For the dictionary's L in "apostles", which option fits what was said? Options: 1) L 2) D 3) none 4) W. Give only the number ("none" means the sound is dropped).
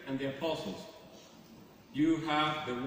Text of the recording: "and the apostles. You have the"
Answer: 1